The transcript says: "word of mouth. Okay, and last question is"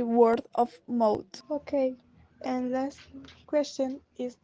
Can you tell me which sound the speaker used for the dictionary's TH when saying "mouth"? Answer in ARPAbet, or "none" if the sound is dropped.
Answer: T